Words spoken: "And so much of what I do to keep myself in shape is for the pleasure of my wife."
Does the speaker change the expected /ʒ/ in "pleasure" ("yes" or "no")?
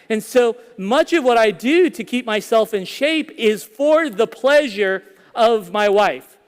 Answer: no